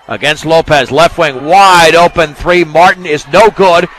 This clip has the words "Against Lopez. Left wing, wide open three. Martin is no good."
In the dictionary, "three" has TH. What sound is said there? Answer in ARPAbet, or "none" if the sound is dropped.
TH